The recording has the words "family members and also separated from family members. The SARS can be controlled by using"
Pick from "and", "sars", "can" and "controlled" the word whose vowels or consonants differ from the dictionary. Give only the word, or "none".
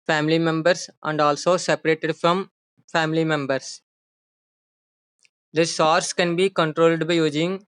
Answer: sars